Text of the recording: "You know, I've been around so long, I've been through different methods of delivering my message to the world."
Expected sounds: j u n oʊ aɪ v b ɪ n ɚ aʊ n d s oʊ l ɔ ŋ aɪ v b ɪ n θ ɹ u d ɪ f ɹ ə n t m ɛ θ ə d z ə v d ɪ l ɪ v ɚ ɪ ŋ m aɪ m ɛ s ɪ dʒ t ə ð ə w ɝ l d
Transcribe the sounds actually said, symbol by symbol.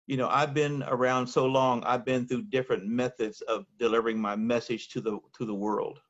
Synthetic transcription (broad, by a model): j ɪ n oʊ aɪ v b ɪ n ɚ aʊ n d s oʊ l ɔ ŋ aɪ v b ɪ n θ ɹ u d ɪ f ɹ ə n m ɛ θ ə d z ə v d ɪ l ɪ v ɚ ɪ ŋ m aɪ m ɛ s ɪ dʒ t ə ð ə w ɝ l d